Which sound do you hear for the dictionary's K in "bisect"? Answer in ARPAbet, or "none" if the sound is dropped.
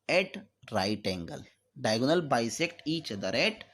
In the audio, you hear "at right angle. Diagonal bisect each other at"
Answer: K